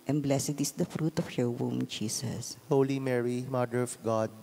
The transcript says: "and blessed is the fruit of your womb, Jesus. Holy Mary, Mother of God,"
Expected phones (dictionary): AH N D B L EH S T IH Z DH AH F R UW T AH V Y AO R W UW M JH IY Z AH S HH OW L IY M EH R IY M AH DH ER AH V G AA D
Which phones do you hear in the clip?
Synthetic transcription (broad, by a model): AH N B L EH S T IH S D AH F R UW T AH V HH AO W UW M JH IY S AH S HH OW L IY M EH R IY M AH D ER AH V G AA D